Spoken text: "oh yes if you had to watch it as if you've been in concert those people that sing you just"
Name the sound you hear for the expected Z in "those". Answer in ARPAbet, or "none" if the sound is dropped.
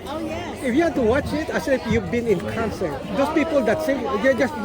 S